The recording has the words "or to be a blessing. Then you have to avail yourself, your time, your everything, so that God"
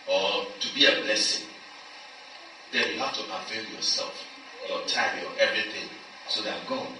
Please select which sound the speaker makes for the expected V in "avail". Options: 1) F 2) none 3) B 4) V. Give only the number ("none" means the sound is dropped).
1